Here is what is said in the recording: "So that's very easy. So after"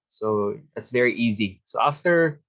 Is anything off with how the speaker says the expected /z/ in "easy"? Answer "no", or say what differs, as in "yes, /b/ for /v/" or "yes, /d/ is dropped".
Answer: no